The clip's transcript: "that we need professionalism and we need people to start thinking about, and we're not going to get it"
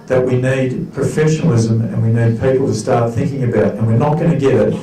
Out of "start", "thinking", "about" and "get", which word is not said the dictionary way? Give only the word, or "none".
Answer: none